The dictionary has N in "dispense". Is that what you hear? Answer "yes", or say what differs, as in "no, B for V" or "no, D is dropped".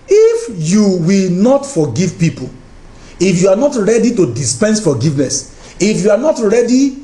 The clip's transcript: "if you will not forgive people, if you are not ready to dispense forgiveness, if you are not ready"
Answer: yes